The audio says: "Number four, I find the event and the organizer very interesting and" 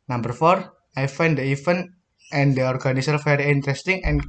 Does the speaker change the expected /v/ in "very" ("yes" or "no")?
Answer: yes